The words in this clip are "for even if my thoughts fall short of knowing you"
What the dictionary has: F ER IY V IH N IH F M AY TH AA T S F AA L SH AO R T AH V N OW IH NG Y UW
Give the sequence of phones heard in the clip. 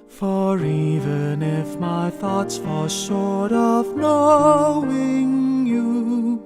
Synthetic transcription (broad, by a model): F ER IY V IH N IH F M AY TH AA T S F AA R SH AO R T AH V N OW IH NG Y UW